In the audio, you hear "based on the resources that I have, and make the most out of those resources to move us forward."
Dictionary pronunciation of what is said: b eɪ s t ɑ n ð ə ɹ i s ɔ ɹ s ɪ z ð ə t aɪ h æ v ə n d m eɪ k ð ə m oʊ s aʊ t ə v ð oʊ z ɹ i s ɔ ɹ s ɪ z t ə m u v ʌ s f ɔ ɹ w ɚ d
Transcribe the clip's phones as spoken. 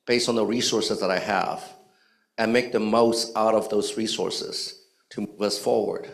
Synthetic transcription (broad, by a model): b eɪ s t n ð ə ɹ i s ɔ ɹ s ɪ z ð ə t aɪ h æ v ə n m eɪ k ð ə m oʊ s aʊ t ə v ð oʊ z ɹ i s ɔ ɹ s ɪ z t ə m u v ʌ s f ɔ ɹ w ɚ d